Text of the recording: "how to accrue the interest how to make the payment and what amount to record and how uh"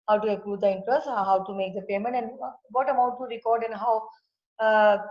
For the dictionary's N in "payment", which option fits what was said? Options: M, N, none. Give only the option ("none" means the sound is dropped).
N